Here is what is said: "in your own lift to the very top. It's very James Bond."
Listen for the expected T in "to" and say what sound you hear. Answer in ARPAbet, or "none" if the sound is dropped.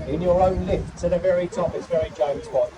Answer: S